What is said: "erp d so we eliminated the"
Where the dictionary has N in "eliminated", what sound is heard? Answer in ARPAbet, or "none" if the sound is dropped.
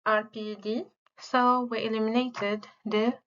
N